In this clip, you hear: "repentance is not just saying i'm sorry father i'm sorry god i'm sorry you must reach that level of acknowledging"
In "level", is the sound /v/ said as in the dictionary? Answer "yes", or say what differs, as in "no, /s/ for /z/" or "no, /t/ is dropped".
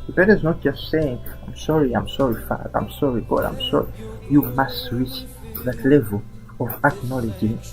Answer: yes